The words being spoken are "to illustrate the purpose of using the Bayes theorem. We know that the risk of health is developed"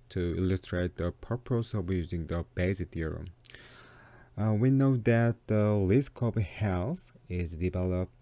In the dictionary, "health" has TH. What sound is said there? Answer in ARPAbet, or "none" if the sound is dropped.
S